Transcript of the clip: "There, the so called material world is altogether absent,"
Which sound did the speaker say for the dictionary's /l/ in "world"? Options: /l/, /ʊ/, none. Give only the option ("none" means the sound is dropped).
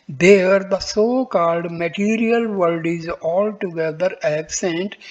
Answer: none